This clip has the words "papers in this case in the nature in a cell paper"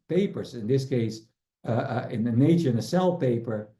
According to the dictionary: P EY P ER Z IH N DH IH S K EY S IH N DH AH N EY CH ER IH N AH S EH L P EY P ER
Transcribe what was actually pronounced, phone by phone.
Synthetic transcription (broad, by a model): P EY P ER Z IH N DH IH S K EY S IH N DH AH N EY CH ER IH N AH S EH L P EY P ER